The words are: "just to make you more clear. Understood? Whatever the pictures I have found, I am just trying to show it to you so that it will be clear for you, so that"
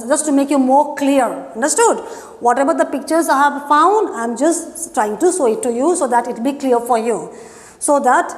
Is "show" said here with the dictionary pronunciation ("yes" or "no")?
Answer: no